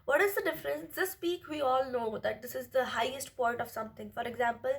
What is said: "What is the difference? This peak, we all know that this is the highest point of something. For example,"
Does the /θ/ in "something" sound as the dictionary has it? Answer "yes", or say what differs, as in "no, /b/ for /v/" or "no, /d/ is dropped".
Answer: no, /t/ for /θ/